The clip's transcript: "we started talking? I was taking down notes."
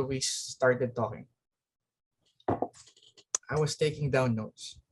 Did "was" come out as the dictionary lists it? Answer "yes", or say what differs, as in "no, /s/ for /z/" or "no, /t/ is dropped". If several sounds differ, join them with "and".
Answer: no, /s/ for /z/